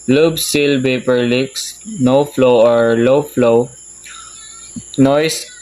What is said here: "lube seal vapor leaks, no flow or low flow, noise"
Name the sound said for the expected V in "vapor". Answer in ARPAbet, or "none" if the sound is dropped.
B